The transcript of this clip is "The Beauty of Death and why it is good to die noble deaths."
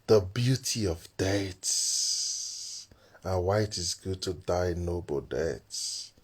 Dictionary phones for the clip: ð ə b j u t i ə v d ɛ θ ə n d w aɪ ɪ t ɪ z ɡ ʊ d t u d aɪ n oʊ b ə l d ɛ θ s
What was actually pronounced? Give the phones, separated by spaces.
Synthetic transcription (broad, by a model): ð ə b j u t i ə v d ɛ s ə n w aɪ ɪ t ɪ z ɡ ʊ d t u d aɪ n oʊ b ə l d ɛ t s